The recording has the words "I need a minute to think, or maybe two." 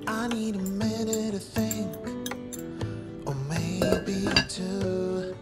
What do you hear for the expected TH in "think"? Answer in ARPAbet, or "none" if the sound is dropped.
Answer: TH